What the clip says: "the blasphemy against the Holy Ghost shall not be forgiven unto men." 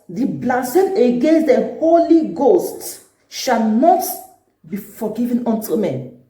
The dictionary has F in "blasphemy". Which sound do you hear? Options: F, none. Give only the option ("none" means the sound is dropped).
none